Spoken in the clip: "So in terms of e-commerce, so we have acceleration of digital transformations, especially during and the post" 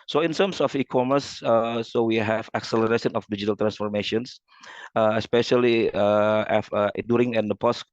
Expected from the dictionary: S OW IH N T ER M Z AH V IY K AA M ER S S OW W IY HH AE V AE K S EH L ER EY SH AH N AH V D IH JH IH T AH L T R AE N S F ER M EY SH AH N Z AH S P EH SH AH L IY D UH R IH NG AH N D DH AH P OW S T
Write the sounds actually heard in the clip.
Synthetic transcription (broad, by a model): S OW IH N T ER M S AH F IY K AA M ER S S OW W IY HH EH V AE K S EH L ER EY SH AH N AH F D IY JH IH T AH L T R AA N S F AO M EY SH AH N S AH S P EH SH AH L IY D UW R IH NG AH N D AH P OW S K